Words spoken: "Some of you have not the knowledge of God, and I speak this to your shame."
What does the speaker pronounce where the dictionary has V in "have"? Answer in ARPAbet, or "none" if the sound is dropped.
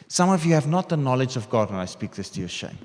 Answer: V